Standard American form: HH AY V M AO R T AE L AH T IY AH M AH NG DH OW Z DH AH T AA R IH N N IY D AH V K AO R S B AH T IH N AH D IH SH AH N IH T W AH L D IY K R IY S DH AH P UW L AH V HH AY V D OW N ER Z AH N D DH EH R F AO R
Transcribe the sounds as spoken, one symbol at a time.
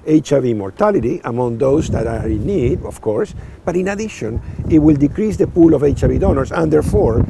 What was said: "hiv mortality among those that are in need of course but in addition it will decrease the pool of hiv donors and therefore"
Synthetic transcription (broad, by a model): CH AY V M AO R T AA L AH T IY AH M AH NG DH OW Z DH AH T AA R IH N N IY D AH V K AO R S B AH T IH N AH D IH SH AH N IH T W AH L D IY K R IY S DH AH P UW L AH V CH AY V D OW N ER S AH N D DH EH R F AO R